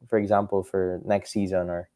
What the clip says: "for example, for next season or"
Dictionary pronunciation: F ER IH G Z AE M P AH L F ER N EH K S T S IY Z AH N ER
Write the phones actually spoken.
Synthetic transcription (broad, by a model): F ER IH G Z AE M P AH L F ER N EH K S T S IY Z AH N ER